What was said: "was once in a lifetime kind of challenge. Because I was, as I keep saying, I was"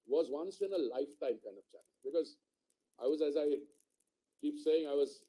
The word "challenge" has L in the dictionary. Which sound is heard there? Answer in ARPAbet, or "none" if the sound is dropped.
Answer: N